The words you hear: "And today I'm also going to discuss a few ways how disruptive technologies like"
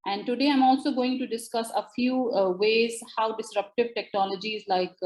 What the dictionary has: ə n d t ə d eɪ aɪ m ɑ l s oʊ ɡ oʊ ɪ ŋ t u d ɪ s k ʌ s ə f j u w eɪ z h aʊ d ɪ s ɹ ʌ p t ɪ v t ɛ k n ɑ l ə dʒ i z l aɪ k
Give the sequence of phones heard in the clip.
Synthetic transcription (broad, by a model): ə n d t ə d eɪ aɪ m ɑ l s oʊ ɡ oʊ ɪ ŋ t u d ɪ s k ʌ s ə f j u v eɪ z h aʊ d ɪ s ɹ ʌ p t ɪ v t ɛ k n ɑ l ə dʒ i z l aɪ k